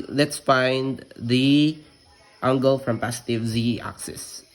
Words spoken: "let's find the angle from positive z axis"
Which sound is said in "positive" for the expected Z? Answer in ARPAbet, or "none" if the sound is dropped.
S